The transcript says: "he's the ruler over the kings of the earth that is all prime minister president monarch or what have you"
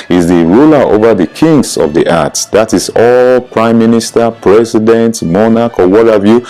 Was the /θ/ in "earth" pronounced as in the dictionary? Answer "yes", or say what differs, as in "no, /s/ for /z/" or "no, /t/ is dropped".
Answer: no, /t/ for /θ/